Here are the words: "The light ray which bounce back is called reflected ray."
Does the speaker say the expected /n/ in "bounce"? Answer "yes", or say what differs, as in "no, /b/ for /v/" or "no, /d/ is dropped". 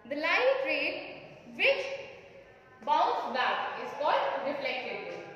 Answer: no, /n/ is dropped